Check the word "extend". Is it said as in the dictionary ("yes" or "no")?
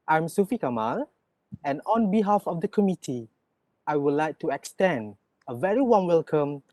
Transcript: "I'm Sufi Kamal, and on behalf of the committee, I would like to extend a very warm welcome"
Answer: yes